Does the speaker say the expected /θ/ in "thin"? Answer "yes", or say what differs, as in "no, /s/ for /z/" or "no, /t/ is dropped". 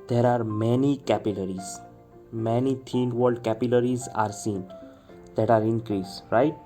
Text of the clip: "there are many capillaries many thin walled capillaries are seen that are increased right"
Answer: no, /t/ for /θ/